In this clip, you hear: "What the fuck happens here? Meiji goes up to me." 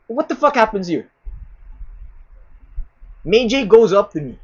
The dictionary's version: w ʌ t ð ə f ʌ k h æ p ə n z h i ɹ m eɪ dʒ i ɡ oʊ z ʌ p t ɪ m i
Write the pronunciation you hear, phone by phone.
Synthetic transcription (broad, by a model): w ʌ t ð ə f ʌ k h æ p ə n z h i ɹ m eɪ dʒ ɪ ɡ oʊ z ʌ p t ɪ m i